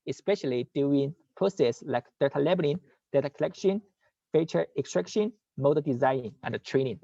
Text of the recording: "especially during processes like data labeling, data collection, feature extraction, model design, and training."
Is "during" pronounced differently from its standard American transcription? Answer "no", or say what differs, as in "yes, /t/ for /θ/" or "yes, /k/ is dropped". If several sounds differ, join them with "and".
yes, /ɹ/ is dropped